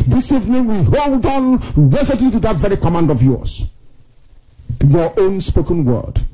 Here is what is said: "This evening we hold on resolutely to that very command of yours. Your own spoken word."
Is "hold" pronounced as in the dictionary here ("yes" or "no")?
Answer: yes